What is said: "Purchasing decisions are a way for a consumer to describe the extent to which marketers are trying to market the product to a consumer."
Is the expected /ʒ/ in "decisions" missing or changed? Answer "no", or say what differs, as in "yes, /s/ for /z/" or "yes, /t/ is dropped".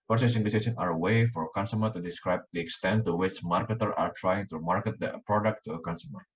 yes, /s/ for /ʒ/